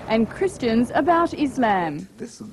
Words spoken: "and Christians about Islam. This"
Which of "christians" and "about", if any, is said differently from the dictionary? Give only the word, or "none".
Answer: none